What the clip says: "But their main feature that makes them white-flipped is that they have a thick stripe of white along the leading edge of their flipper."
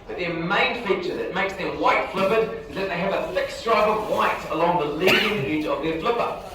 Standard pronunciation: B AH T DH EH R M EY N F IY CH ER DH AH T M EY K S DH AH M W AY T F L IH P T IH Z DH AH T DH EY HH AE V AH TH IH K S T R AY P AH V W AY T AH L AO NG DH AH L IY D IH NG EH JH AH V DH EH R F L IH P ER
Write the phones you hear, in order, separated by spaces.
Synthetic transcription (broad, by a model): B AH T DH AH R M EY N F IY CH ER DH AH T M EY K S DH AH M W AY T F L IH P IH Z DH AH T DH EY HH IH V AH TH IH K S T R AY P AH V W AY T AH L AO NG DH AH L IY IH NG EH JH AH V DH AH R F L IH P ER